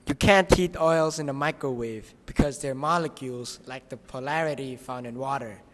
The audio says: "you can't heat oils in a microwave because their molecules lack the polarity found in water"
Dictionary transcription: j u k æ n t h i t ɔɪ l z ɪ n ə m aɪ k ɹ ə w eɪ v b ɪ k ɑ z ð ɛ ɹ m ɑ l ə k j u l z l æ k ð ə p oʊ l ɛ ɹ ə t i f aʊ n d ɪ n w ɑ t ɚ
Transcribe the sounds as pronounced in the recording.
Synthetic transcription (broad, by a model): j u k æ n t i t ɔɪ l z ɪ n ə m aɪ k ɹ ə w eɪ v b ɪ k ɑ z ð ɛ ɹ m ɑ l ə k j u l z l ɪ k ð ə p oʊ l ɛ ɹ ə t i f aʊ n d ɪ n w ɑ t ɚ